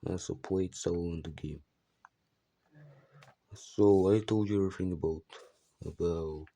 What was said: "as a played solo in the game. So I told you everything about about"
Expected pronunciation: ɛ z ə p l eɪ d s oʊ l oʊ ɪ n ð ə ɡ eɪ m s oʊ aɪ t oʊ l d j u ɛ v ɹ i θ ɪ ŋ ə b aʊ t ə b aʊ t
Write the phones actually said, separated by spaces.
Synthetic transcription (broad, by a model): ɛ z ə p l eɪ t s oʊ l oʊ ɪ n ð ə ɡ eɪ m s oʊ aɪ t oʊ l d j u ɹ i f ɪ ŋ ə b aʊ t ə b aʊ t